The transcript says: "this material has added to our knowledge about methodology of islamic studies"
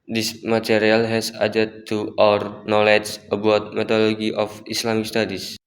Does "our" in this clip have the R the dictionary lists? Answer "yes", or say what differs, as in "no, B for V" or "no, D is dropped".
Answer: yes